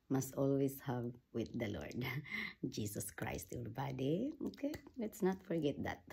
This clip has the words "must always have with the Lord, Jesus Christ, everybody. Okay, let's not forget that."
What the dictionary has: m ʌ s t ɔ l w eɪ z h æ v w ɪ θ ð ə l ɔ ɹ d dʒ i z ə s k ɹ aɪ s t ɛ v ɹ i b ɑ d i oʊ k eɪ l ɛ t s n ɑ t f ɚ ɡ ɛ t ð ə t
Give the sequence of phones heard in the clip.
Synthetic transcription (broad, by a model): m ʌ s t ɔ l w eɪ s h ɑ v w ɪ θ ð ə l ɔ ɹ d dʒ i s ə s k ɹ aɪ s t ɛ ɹ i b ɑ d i oʊ k eɪ l ɛ t s n ɑ t f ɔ ɡ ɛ t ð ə t